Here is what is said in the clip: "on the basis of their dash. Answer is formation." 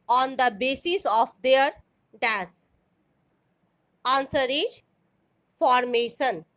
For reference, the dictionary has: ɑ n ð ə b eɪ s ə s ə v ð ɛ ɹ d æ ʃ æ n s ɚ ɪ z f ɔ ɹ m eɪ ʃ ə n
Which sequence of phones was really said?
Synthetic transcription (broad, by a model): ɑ n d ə b eɪ s ə s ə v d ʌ ɹ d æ s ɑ n s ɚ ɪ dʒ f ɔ ɹ m eɪ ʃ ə n